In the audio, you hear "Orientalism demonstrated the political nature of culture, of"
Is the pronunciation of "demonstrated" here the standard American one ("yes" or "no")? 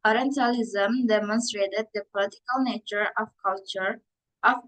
yes